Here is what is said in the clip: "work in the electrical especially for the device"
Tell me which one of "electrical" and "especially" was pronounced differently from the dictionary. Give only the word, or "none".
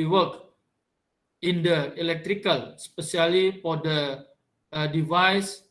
especially